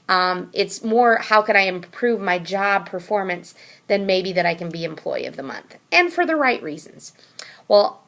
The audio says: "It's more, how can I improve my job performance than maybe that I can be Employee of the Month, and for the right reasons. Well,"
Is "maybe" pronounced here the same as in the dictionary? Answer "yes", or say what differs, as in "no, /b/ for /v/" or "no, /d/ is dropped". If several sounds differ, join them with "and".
yes